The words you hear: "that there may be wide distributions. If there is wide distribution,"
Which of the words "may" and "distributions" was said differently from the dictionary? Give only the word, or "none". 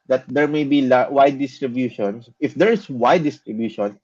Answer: distributions